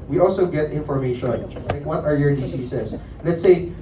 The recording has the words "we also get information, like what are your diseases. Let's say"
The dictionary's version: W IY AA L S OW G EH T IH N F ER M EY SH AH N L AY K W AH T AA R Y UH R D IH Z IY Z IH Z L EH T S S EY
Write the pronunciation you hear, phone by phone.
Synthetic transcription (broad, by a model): W IY AA L S OW G EH T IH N F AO M EY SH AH N L AY K W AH T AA R Y UH R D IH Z IY S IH S L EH T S S EY